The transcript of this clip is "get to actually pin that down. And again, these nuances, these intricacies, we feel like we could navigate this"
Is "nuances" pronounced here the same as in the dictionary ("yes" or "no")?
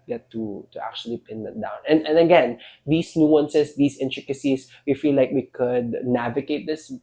no